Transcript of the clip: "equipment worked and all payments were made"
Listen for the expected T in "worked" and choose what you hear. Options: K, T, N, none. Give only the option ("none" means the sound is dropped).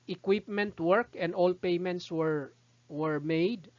none